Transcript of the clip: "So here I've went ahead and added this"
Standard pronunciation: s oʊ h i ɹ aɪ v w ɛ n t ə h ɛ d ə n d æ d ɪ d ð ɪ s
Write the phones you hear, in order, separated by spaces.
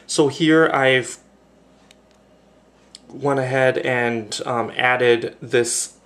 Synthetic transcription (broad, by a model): s oʊ h i ɹ aɪ v w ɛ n ə h ɛ d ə n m æ d ɪ d ð ɪ s